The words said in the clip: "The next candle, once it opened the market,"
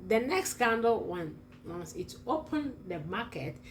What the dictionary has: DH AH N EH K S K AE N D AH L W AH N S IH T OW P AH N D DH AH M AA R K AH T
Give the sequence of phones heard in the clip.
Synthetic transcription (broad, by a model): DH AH N EH K S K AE N D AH N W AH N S IH T OW P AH N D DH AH M AA K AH T